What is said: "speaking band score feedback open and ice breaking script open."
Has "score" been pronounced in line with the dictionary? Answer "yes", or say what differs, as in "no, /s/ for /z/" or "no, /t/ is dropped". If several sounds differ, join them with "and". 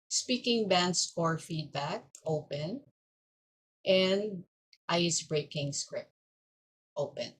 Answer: no, /k/ is dropped